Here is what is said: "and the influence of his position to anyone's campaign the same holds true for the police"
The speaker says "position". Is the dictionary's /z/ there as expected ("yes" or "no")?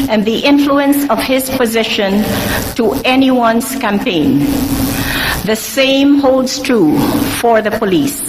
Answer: yes